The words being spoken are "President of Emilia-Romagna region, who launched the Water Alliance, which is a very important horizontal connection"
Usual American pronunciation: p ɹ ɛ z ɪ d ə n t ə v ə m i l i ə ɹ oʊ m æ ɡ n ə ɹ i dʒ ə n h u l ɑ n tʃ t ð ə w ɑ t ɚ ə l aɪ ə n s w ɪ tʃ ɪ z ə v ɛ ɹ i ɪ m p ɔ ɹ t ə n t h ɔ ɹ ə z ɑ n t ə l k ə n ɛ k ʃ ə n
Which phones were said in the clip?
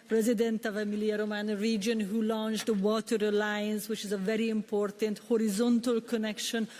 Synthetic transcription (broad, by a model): p ɹ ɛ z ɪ d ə n t ə v ə m i l i ə ɹ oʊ m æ n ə ɹ i dʒ ə n h u l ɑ n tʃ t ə w ɑ t ɚ ə l aɪ ə n s w ɪ tʃ ɪ z ə v ɛ ɹ i ɪ m p ɔ ɹ t ə n t h ɔ ɹ ə z ɑ n t ə l k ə n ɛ k ʃ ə n